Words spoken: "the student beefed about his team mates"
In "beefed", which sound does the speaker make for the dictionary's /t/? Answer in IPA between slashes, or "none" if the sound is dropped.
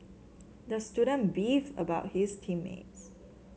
none